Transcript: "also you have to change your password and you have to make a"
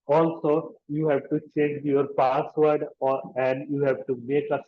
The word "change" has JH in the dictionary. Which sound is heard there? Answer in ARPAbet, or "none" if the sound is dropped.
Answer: JH